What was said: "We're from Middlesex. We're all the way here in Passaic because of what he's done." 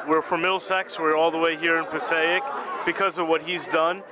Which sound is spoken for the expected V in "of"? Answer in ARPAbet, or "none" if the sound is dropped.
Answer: V